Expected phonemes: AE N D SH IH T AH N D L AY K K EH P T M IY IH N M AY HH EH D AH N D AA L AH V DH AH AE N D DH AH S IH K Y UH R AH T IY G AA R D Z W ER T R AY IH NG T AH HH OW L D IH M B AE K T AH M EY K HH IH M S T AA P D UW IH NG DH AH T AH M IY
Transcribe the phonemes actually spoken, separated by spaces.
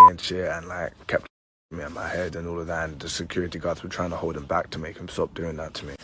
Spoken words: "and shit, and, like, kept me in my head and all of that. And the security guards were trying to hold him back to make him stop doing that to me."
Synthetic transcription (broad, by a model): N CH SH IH AH N L AY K K EH P T M IY IH N M AY HH EH D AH N AA L AH V DH AH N DH AH S IH K Y UH R AH T IY G AA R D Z W ER T R AY IH NG T AH HH OW L D IH M B AE K T AH M EY K HH IH M S T AA P D UW IH NG DH AH T AH M IY